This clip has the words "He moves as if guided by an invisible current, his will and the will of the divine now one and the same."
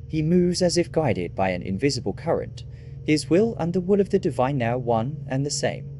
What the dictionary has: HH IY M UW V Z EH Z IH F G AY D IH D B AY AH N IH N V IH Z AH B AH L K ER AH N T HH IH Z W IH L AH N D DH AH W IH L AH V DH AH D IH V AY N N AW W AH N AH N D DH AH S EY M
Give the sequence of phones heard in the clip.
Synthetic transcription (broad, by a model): HH IY M UW V Z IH Z IH F G AY D IH D B AY AH N IH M V IH Z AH B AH L K ER AH N T HH IH Z W IH L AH N DH AH W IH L AH V DH AH D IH V AY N N AW W AH N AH N DH AH S EY M